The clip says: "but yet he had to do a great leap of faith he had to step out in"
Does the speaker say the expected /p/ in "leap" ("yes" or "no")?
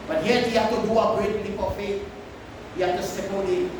no